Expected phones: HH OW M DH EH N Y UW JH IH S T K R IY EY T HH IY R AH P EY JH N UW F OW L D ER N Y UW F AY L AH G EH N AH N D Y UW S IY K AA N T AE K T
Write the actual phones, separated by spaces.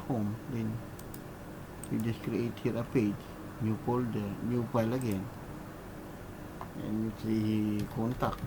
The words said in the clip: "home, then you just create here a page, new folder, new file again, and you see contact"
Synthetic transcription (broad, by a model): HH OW M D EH N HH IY JH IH S K R IY EY T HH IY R AH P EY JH N UW P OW L D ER N Y UW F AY L AH G EH N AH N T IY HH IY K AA N T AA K